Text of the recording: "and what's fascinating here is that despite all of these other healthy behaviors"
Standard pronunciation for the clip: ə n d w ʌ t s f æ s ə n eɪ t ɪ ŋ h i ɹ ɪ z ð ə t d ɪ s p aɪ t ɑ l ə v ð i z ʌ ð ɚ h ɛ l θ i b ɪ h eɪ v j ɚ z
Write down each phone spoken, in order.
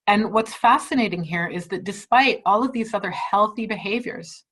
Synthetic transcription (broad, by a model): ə n w ʌ t s f æ s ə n eɪ t ɪ ŋ h i ɹ ɪ z ð ə t d ɪ s p aɪ t ɑ l ə v ð i z ʌ ð ɚ h ɛ l θ i b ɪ h eɪ v j ɚ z